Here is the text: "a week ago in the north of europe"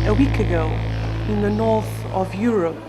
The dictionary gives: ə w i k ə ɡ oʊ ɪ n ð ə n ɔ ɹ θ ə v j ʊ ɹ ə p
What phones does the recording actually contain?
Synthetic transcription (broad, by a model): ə w i k ə ɡ oʊ ɪ n ð ə n ɔ ɹ θ ə v j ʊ ɹ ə p